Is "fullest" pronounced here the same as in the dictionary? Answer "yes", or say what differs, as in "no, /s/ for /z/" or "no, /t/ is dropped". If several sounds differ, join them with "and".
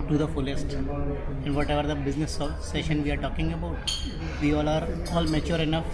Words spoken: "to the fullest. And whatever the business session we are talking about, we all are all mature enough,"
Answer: yes